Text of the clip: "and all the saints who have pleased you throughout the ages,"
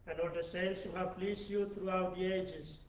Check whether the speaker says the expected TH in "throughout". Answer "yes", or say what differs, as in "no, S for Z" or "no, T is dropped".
no, T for TH